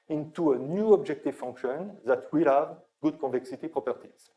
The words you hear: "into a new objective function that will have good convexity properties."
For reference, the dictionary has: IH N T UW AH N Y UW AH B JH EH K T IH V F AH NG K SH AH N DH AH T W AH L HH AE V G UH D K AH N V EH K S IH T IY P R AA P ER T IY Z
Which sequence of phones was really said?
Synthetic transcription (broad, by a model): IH N T UW AH N Y UW AH B JH EH K T IH V F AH NG K SH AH N DH AH T W AH L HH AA V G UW D K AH V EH K S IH T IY P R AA P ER T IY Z